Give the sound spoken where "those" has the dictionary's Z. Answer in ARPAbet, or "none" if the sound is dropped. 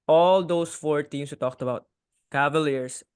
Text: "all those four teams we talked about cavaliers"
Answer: S